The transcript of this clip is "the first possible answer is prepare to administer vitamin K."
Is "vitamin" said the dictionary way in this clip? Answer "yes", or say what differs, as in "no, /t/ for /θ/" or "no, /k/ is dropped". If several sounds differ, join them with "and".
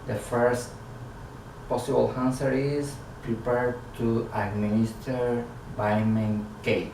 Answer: no, /b/ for /v/